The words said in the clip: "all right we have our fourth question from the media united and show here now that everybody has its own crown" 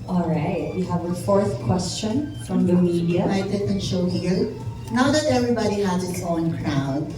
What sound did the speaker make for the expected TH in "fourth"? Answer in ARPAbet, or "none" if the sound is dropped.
TH